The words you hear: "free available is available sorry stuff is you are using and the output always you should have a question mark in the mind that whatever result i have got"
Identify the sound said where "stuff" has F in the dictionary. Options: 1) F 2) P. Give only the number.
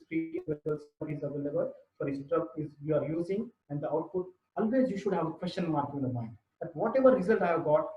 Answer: 2